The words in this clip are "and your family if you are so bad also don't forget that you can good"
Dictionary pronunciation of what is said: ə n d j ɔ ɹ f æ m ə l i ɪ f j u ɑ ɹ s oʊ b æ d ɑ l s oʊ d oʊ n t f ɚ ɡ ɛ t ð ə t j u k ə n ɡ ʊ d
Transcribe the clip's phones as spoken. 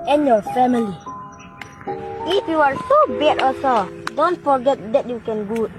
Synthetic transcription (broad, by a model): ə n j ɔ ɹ f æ m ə l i ɪ f j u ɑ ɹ s oʊ b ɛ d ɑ s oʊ d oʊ n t f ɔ ɡ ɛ t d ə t j u k ə n ɡ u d